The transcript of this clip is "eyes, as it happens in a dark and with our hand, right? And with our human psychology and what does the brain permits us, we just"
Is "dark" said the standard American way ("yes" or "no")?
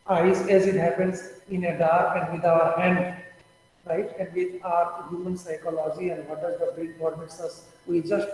no